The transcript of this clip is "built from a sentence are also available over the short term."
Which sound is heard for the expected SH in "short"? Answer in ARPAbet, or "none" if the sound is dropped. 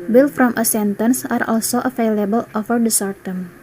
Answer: S